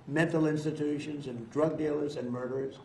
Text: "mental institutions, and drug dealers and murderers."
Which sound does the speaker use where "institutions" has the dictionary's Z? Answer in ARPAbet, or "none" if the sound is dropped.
Z